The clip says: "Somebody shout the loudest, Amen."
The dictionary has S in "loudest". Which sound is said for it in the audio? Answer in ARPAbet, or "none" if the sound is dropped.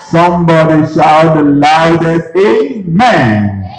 none